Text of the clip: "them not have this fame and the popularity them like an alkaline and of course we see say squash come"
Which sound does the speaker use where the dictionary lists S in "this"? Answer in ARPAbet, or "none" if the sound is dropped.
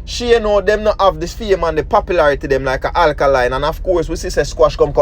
none